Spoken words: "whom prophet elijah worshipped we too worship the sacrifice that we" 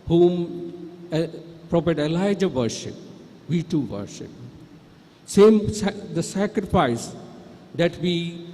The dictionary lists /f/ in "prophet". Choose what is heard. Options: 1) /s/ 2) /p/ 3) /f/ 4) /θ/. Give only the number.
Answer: 2